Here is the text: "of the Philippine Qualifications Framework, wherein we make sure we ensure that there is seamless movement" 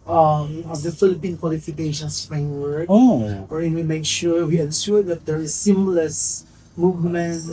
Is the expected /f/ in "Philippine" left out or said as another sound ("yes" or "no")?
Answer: no